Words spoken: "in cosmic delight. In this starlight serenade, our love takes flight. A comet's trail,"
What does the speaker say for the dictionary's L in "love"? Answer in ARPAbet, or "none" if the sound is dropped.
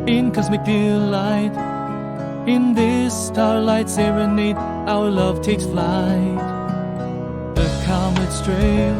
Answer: L